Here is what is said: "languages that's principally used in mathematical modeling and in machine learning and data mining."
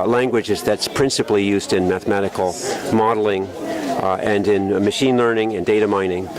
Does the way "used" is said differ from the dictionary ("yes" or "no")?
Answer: no